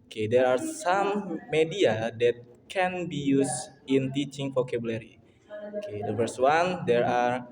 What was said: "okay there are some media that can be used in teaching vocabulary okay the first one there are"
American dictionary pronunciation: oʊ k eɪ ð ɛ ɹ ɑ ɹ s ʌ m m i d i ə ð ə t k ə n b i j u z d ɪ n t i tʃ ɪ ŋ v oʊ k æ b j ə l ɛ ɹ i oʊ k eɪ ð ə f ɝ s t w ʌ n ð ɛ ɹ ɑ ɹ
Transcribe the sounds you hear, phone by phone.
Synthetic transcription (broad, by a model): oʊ k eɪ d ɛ ɹ ɑ ɹ s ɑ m m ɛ d i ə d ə t k ə n b i j u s ɪ n t i tʃ ɪ ŋ f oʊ k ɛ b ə l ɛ ɹ i oʊ k eɪ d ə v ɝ s w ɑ n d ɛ ɹ ɑ ɹ